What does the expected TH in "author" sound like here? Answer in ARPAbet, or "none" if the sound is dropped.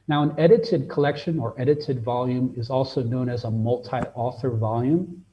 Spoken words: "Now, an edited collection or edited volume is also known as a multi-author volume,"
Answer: TH